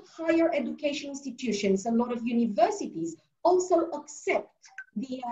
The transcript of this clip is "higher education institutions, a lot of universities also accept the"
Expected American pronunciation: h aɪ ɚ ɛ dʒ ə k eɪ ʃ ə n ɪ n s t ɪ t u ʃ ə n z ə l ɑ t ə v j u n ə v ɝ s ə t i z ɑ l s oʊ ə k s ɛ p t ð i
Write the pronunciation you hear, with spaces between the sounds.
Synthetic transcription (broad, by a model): h aɪ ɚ ɛ dʒ ə k eɪ ʃ ə n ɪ n s t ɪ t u ʃ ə n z ə l ɑ t ə v j u n ə v ɝ s ə t i z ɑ l s oʊ ə k s ɛ p t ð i